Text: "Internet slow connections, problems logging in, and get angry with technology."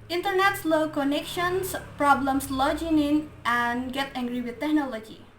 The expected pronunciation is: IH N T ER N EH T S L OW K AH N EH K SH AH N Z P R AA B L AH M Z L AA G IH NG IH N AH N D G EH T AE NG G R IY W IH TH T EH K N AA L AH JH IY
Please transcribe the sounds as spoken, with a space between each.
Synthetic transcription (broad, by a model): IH N T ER N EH T S L OW K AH N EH K SH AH N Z P R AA B L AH M S L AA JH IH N IH N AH N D G EH T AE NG G R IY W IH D T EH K N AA L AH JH IY